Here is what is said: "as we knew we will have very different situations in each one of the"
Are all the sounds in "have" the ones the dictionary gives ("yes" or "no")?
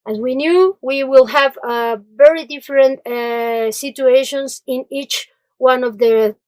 yes